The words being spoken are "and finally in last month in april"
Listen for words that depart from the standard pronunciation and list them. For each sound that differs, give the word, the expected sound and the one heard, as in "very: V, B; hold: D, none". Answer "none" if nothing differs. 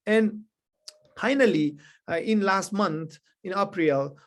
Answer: month: TH, T